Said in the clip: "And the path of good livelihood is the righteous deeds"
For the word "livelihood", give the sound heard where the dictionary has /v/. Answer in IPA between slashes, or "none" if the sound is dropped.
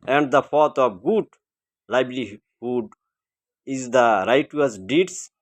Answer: /b/